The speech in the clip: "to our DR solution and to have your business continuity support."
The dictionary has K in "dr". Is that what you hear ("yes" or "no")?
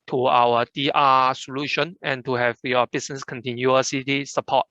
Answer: no